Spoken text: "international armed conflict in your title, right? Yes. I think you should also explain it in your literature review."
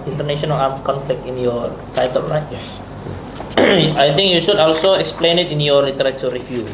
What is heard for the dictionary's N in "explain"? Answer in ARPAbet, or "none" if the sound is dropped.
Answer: N